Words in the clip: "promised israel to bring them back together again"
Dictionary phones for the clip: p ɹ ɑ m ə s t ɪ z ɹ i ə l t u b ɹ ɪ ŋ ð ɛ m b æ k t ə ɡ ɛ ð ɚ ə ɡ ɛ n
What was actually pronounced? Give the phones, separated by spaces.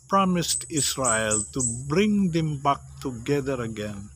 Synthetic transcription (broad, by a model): p ɹ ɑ m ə s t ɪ s ɹ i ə l t u b ɹ ɪ ŋ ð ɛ m b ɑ k t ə ɡ ɛ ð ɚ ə ɡ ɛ n